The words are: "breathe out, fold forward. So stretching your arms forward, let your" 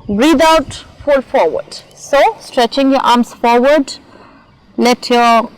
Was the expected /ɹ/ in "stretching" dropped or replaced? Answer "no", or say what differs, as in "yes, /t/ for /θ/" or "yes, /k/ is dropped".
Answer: no